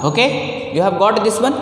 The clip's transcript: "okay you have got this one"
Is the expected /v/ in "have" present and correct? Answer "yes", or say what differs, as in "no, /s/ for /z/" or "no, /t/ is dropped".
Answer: no, /b/ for /v/